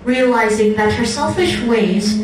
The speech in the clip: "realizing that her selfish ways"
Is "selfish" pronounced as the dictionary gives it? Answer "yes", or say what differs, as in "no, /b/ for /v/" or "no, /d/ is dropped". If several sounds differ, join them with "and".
yes